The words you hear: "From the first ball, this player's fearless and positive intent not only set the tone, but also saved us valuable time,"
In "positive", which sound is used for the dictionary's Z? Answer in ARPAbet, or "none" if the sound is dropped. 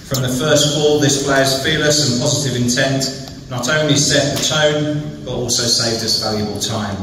Z